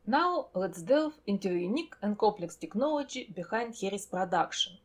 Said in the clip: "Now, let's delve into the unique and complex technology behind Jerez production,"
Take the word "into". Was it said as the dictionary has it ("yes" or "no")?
yes